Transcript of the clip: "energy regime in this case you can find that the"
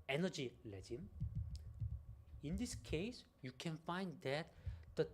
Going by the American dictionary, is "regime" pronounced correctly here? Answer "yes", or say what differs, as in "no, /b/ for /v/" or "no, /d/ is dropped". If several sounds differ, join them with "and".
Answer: no, /l/ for /ɹ/